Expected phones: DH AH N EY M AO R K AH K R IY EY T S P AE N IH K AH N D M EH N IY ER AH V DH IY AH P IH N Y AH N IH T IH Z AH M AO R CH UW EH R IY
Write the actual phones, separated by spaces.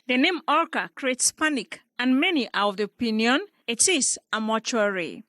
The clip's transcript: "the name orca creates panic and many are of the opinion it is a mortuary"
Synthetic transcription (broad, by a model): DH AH N EY M AO R K AH K R IY EY T S P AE N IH K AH N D M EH N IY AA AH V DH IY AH P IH N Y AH N IH T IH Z AH M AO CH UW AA R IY